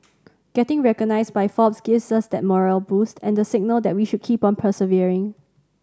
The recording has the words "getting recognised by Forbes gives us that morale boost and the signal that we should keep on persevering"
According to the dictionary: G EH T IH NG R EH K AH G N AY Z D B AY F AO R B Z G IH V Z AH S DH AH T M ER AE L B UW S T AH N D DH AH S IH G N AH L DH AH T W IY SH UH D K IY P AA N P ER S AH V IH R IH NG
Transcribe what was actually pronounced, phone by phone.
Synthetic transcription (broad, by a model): G EH T IH NG R EH K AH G N AY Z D B AY F AO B S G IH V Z AH S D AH T M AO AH L B UW S T AH N D AH S IH G N AH L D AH T W IY SH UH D K IY P AA N P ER S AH V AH R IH NG